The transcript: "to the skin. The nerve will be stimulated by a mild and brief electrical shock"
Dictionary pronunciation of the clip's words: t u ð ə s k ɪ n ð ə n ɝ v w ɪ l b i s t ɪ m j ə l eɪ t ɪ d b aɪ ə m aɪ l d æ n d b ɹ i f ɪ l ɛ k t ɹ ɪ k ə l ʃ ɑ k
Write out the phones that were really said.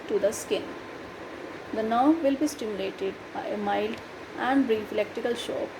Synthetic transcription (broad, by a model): t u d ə s k ɪ n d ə n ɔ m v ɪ l b i s t ɪ m j ə l eɪ t ɪ d b aɪ ə m aɪ l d æ n d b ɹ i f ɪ l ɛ k t ɪ k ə l ʃ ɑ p